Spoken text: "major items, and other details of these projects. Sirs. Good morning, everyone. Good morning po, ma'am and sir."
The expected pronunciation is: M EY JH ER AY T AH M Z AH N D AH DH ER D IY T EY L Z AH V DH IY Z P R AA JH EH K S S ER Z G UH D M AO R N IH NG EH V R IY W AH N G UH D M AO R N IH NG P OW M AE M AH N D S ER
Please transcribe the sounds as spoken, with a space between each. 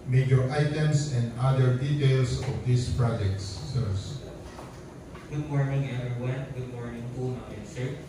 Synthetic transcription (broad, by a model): M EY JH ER AY T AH M S AH N D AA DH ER D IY T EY L S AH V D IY S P R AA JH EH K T S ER S G UH D M AO R N IH NG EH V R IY W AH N G UH D M AO R N IH NG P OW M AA AH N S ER